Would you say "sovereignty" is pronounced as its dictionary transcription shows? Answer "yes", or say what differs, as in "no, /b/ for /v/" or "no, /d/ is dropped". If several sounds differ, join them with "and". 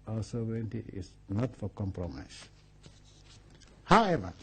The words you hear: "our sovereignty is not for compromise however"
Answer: no, /ɹ/ is dropped